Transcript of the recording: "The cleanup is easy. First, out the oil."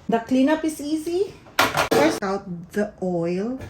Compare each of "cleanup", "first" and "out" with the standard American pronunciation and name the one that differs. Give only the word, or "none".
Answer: first